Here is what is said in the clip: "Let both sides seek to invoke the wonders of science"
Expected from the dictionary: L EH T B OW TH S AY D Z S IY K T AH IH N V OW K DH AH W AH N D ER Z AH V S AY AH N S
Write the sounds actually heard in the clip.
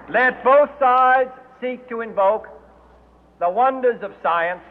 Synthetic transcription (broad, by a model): L EH T B OW TH S AY D Z S IY K T AH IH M V OW K DH AH W AH N D ER Z AH V S AY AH N S